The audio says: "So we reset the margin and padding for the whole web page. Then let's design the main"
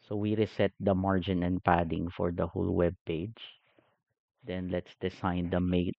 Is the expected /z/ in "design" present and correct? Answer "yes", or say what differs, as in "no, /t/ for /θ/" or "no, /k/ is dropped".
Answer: no, /s/ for /z/